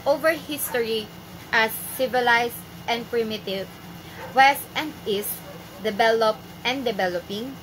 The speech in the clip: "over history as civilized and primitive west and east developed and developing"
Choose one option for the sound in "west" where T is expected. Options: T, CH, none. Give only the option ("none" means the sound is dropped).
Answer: T